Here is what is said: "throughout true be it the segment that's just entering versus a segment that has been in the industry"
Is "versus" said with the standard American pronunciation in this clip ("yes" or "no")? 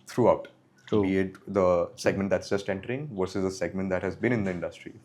yes